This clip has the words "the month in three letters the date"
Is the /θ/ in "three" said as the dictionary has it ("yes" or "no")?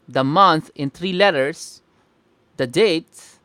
no